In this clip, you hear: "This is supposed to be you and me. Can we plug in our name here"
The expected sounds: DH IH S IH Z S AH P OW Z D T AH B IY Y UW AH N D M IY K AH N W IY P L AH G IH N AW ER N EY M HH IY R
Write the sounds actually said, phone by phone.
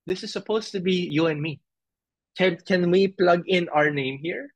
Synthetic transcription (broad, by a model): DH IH S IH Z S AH P OW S T AH B IY Y UW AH N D M IY K AH N W IY P L AH G IH N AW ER N EY M HH IY R